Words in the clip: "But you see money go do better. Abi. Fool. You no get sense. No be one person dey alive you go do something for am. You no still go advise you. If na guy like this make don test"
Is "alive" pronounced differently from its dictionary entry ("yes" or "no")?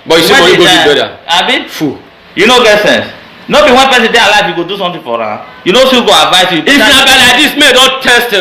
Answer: yes